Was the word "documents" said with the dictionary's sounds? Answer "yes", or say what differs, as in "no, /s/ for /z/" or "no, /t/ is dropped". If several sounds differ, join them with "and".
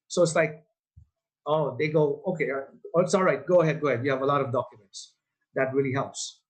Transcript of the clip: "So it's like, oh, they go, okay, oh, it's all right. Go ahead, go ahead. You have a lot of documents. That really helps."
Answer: yes